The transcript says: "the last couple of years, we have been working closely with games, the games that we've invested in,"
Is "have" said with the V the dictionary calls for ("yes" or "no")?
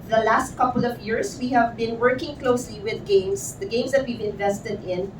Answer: yes